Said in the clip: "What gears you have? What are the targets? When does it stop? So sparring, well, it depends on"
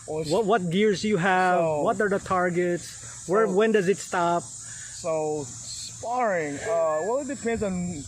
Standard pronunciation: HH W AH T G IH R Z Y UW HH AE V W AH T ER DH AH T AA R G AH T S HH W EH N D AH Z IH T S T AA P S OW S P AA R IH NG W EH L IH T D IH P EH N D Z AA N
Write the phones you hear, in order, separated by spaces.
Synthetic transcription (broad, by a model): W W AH T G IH R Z Y UW HH AE V W AH T ER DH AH T AA R G AH T S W W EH N D AH Z IH T S T AA P S OW S P AA R IH NG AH W IH T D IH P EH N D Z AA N